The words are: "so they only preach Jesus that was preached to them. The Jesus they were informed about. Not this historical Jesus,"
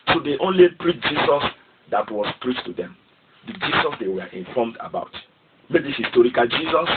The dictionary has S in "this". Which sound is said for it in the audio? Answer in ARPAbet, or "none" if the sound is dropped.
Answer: none